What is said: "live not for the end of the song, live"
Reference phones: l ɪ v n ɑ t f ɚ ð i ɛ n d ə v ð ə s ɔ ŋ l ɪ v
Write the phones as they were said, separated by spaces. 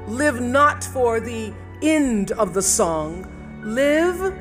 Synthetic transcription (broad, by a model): l ɪ v n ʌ t f ɚ ð i ɛ n d ə v ð ə s ɔ ŋ l ɪ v